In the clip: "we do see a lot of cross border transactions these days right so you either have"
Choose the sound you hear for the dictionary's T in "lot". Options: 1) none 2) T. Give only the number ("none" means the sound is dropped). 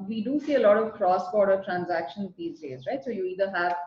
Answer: 2